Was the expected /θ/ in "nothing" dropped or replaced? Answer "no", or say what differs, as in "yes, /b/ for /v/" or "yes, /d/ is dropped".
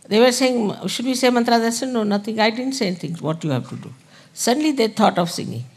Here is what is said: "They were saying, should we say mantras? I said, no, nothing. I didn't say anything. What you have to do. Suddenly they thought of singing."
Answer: yes, /t/ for /θ/